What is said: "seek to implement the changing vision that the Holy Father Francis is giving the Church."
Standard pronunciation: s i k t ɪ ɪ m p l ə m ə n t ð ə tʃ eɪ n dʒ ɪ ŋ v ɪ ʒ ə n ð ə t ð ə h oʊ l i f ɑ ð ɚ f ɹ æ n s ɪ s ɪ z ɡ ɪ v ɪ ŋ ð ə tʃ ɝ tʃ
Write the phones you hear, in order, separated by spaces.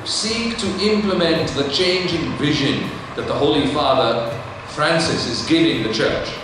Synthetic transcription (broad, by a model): s i k t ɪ ɪ m p l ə m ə n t ð ə tʃ eɪ n dʒ ɪ ŋ v ɪ ʒ ə n ð ə t ð ə h oʊ l i f ɑ ð ɚ f ɹ æ n s ɪ s ɪ z ɡ ɪ v ɪ ŋ ð ə tʃ ɝ tʃ